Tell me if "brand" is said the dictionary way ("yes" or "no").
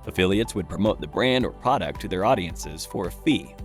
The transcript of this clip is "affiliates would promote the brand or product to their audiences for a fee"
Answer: yes